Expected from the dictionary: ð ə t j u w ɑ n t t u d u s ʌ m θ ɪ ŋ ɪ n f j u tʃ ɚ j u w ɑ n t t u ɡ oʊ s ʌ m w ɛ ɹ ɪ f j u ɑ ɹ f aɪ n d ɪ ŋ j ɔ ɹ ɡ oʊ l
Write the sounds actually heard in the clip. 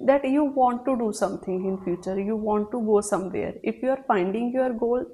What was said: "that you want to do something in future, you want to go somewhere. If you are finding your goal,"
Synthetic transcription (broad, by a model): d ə t j u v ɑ n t t u d u s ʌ m t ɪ ŋ ɪ n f j u tʃ ɚ j u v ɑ n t t u ɡ oʊ s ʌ m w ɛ ɹ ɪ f j u ɑ ɹ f aɪ n d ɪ ŋ j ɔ ɹ ɡ oʊ l